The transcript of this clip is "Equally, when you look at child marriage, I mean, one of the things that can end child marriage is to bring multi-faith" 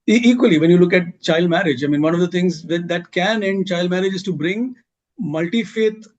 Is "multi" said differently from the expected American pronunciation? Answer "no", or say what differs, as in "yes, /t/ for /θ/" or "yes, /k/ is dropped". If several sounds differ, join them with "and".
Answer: no